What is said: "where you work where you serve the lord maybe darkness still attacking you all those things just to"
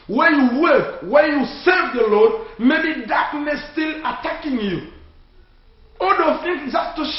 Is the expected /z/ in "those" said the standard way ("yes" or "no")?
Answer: no